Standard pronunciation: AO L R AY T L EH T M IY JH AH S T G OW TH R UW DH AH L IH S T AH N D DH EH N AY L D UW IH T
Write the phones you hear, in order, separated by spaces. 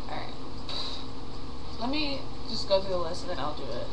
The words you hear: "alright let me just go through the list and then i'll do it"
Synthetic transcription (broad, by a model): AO R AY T L EH T M IY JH AH S G OW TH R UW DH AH L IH S AH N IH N AY L D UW IH T